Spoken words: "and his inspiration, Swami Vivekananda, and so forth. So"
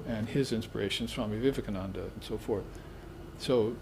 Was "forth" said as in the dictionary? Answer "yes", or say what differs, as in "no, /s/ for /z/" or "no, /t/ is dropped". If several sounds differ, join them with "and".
yes